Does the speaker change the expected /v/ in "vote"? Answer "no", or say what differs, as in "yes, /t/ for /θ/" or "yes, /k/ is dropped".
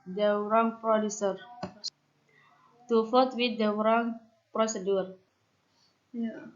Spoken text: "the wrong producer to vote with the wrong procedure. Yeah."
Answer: yes, /f/ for /v/